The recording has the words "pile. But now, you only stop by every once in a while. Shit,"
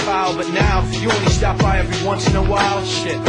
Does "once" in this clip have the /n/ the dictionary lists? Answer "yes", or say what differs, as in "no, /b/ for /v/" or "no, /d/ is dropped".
yes